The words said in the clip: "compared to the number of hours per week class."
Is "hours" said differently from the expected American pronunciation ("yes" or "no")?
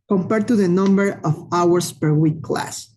yes